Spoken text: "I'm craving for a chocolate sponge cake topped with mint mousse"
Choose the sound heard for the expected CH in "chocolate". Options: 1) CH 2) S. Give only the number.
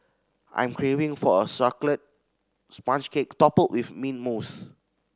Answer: 2